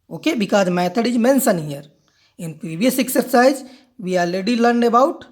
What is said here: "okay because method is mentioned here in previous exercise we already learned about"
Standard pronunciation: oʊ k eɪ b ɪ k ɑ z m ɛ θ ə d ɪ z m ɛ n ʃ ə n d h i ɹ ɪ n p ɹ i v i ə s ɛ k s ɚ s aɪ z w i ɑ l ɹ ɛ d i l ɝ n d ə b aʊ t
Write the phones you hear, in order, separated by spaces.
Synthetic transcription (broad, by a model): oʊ k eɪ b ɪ k ɑ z m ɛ t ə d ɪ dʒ m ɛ n s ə n h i ɹ ɪ n p ɹ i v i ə s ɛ k s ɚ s aɪ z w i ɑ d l ɛ d i l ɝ n d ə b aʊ t